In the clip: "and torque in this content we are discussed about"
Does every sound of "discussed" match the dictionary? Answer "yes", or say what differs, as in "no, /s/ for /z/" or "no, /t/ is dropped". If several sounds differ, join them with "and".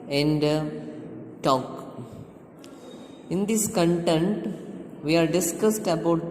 yes